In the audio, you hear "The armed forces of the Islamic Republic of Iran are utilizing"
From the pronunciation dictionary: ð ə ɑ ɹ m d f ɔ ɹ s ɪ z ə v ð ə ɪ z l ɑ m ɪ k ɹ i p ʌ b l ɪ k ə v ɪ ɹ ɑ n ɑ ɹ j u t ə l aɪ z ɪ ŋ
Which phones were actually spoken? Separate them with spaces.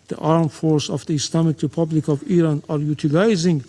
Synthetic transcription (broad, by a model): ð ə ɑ ɹ m f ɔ ɹ s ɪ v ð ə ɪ s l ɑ m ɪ k ɹ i p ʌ b l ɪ k ə v ɪ ɹ ɑ n ɑ ɹ j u t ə l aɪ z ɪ ŋ